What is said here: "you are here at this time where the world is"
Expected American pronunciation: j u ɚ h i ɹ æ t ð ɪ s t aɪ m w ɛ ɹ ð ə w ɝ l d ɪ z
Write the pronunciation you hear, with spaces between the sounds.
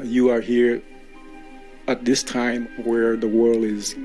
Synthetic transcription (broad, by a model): j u ɚ h i ɹ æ t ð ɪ s t aɪ m w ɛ ɹ ð ə w ɝ l d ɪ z